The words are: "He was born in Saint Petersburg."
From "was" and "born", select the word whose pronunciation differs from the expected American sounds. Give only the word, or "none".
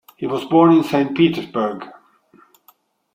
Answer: none